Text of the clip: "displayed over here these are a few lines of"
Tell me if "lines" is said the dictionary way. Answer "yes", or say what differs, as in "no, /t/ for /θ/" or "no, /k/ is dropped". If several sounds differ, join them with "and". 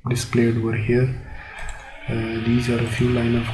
no, /z/ is dropped